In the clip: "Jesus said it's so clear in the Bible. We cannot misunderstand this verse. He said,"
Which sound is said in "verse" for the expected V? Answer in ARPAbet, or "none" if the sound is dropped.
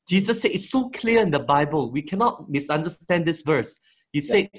V